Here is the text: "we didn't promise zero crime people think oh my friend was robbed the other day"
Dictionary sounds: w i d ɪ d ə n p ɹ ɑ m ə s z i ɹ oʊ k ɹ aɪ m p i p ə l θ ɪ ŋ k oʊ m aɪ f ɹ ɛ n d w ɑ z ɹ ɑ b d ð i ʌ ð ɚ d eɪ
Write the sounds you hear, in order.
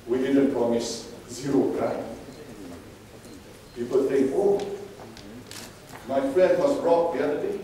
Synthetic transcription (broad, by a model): w i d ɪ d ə n p ɹ ɑ m ə s z i ɹ oʊ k ɹ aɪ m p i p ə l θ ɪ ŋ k oʊ m aɪ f l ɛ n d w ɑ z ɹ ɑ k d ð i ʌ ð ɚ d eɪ